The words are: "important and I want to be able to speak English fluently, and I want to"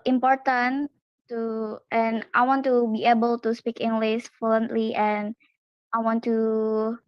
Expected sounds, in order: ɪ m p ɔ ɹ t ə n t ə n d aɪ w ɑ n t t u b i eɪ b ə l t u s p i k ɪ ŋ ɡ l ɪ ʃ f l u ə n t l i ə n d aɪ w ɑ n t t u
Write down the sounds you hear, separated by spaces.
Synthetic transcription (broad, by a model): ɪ m p ɔ ɹ t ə n t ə n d aɪ w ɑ n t t u b i eɪ b ə l t u s p i k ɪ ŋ ɡ l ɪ s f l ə n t l i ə n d aɪ w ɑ n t t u